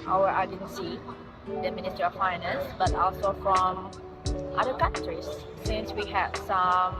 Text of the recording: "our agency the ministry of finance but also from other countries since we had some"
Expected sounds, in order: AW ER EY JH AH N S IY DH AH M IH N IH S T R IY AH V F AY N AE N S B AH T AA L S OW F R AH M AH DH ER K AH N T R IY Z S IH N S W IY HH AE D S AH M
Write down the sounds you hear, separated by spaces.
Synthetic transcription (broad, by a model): AW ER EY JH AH N S IY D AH M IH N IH S T IY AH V F AY N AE N S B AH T AA L S OW F R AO M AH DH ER K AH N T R IY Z S IH N S W IY HH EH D S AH M